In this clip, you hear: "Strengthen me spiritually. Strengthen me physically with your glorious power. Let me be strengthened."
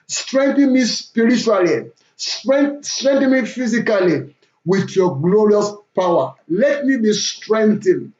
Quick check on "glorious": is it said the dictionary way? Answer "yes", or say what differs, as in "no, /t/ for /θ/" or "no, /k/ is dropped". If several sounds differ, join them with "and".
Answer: yes